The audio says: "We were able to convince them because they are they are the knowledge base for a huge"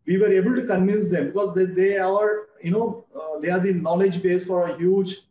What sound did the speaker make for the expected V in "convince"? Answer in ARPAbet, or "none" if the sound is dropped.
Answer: V